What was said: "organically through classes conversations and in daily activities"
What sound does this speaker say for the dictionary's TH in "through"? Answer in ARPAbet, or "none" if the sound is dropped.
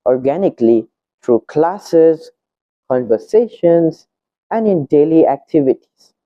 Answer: T